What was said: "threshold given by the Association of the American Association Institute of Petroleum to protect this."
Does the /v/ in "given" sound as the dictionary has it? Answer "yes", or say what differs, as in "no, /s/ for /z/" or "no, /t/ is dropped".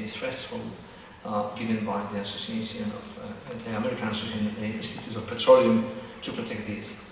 yes